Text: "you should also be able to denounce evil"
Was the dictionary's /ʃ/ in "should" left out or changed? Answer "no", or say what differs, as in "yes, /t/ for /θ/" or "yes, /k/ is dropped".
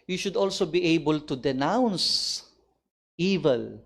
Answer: no